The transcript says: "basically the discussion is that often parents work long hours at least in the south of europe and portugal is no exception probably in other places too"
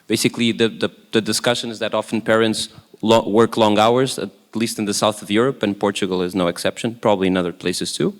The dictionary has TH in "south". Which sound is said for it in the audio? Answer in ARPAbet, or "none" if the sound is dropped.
TH